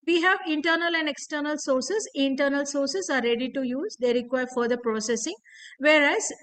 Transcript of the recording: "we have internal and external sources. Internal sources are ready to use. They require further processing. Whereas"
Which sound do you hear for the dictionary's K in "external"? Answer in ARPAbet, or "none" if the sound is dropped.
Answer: K